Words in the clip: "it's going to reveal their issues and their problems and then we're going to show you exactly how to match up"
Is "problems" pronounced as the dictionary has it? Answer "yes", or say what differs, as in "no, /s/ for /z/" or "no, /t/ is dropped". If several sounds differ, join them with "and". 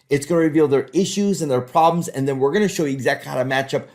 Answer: yes